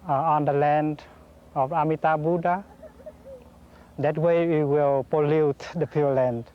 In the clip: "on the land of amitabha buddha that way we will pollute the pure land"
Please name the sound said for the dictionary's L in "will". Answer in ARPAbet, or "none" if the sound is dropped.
L